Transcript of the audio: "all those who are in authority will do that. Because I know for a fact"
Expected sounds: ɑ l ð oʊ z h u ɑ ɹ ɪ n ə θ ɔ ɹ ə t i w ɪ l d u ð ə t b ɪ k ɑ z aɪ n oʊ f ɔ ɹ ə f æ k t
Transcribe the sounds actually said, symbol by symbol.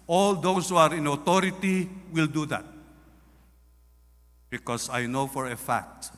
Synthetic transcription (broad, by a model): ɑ l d oʊ s h u ɑ ɹ ɪ n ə t ɔ ɹ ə t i w ɪ l d u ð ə t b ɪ k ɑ s aɪ n oʊ f ɔ ɹ ə f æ k t